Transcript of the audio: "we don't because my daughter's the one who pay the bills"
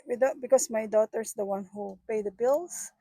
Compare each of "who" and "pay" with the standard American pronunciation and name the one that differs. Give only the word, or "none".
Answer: none